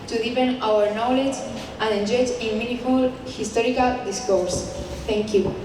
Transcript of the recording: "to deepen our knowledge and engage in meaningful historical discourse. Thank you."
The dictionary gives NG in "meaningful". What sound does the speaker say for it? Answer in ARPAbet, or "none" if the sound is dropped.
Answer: none